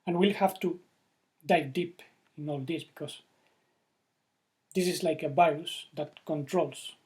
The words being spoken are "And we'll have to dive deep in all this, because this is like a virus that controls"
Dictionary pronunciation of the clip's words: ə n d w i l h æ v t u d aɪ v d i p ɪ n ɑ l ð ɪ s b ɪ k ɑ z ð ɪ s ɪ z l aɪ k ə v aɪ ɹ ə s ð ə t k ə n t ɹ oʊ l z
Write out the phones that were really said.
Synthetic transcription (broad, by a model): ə n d w i l h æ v t u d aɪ d i p ɪ n ɑ l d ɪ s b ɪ k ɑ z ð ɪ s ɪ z l aɪ k ə b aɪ ə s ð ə t k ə n t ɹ oʊ l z